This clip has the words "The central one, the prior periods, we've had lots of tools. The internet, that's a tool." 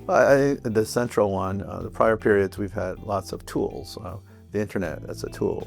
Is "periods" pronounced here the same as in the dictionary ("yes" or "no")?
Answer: yes